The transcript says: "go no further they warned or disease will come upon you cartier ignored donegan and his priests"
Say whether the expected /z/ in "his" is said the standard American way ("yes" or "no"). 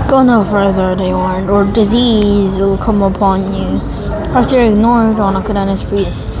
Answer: no